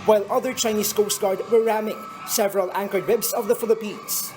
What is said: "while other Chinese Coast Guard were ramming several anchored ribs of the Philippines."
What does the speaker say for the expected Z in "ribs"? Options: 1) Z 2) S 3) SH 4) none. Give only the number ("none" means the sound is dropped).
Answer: 2